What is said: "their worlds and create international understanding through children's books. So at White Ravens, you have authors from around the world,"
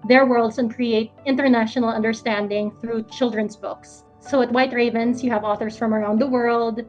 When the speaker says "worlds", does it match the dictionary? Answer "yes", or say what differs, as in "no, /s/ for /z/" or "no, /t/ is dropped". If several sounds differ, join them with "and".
no, /s/ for /z/